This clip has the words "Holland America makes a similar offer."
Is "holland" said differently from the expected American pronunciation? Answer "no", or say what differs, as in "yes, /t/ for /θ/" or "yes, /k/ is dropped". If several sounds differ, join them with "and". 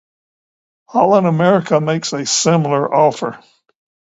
yes, /d/ is dropped